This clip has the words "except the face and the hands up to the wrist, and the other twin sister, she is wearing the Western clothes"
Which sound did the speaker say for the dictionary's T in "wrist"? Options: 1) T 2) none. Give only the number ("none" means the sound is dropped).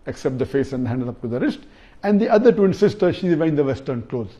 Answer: 1